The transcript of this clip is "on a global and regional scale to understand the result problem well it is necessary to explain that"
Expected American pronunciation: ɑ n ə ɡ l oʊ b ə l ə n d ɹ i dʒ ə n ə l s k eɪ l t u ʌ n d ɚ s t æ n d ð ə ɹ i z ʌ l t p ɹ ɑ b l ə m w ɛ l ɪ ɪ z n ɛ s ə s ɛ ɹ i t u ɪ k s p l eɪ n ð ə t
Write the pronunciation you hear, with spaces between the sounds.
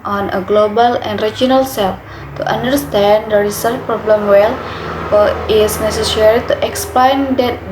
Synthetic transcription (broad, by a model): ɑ n ə ɡ l oʊ b ə l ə n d ɹ i dʒ ə n ə l s eɪ l t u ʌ n d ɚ s t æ n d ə ɹ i s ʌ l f p ɹ ɑ b l ə m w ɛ l ɪ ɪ s n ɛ s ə s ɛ ɹ i t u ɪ k s p l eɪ n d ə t